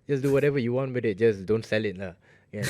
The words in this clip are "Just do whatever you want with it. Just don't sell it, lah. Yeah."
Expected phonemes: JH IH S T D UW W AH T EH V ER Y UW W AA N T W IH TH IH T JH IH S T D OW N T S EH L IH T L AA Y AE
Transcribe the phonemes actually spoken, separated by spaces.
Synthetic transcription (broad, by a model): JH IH S D UW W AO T EH V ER Y UW W AA N T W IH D IH T JH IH S D OW N T S EH L IH T N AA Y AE